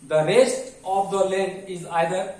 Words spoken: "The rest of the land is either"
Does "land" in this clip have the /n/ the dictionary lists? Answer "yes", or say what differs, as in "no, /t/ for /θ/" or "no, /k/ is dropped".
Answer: no, /n/ is dropped